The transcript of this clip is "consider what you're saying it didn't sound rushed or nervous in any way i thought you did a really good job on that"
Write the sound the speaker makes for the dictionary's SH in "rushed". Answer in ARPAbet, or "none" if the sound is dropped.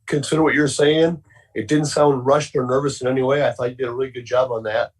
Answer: SH